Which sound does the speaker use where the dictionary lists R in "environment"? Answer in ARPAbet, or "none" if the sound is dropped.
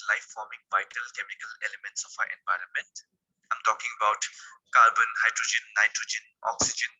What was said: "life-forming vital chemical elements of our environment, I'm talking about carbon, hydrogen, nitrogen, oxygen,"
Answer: R